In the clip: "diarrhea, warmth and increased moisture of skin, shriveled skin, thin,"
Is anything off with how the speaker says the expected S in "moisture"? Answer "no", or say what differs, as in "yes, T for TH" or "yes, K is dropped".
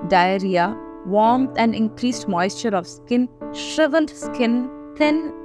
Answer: no